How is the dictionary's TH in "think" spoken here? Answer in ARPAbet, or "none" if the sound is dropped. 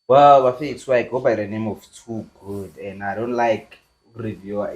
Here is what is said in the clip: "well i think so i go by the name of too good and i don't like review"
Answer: F